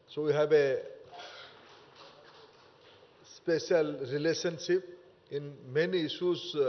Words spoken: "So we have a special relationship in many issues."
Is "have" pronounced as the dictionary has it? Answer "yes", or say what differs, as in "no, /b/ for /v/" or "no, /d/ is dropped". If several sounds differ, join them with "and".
no, /b/ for /v/